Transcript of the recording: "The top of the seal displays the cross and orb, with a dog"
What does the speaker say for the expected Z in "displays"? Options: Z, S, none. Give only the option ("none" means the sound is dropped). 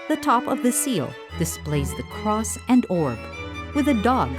Z